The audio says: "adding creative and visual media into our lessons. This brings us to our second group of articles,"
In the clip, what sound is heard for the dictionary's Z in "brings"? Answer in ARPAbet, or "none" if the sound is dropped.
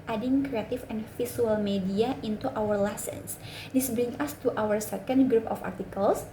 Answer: none